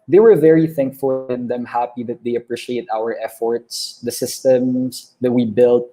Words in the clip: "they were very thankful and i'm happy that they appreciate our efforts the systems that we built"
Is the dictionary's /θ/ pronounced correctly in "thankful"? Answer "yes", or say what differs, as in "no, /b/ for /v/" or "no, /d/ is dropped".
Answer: yes